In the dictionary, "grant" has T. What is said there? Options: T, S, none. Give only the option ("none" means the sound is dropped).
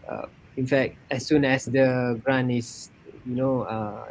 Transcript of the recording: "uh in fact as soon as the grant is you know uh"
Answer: none